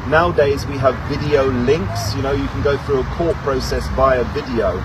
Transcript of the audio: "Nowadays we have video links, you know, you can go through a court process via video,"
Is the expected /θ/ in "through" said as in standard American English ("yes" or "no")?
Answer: yes